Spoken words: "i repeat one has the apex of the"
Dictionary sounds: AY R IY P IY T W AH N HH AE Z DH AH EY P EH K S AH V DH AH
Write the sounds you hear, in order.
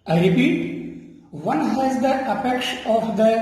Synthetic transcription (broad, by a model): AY R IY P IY T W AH N HH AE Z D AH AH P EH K SH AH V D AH